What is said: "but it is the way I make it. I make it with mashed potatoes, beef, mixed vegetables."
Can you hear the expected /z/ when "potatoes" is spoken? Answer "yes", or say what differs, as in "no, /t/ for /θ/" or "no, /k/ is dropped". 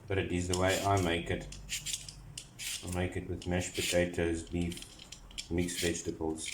yes